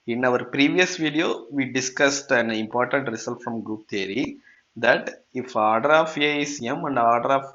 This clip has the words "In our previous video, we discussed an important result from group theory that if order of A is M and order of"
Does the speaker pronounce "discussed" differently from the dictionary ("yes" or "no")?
no